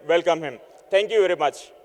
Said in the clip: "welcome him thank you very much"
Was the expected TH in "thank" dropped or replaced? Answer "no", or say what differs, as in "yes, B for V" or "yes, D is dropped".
yes, T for TH